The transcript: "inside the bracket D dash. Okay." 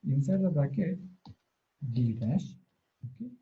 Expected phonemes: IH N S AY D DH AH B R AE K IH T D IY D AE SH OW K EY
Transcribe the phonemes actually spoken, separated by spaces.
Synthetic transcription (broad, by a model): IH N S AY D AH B AE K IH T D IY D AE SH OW K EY